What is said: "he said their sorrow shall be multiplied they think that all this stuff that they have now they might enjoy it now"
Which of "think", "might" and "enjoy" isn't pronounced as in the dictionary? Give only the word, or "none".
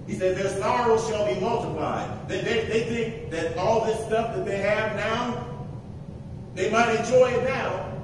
none